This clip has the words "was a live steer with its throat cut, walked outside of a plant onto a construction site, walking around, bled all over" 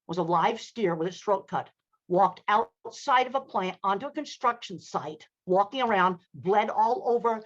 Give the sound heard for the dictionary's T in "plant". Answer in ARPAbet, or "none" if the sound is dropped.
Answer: T